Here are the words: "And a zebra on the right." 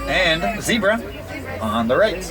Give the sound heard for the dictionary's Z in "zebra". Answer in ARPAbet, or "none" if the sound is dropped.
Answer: Z